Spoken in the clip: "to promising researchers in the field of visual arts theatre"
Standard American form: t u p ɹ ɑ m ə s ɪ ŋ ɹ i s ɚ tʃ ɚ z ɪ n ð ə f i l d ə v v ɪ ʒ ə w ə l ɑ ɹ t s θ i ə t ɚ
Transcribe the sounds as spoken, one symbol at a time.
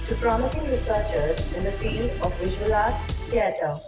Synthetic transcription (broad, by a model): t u p ɹ ɑ m ə s ɪ ŋ ɹ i s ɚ tʃ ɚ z ɪ n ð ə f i d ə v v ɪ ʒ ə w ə l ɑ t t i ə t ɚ